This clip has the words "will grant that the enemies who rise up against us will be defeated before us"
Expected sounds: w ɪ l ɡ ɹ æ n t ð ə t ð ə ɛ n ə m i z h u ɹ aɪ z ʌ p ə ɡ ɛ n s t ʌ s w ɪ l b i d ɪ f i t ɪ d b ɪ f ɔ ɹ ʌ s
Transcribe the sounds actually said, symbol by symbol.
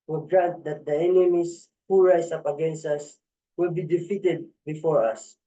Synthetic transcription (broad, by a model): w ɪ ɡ ɹ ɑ n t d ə t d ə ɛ n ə m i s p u ɹ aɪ s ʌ p ə ɡ ɛ n s t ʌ s w ɪ l b i d ɪ f i t ɪ d b ɪ f ɔ ɹ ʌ s